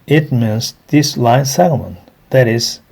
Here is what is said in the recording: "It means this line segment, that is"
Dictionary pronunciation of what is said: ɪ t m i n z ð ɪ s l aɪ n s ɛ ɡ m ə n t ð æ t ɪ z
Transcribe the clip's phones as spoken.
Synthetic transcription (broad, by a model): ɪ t m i n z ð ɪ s l aɪ n s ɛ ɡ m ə n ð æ t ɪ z